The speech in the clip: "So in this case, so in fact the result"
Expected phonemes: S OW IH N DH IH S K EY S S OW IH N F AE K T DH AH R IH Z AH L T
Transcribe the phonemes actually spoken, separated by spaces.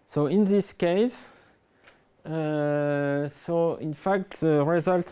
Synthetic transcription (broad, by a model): S OW IH N DH IH S K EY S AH OW IH N F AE K T DH AH R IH Z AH L T